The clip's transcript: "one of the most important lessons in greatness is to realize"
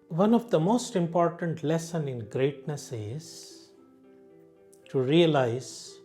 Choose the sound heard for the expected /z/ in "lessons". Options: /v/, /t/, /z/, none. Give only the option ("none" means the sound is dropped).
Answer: none